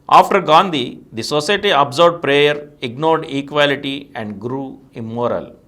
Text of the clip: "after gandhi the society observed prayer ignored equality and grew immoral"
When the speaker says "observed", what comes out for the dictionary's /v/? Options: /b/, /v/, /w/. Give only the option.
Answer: /b/